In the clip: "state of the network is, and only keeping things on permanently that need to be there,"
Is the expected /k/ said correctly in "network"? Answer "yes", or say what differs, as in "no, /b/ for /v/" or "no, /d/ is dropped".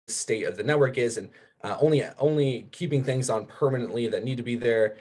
yes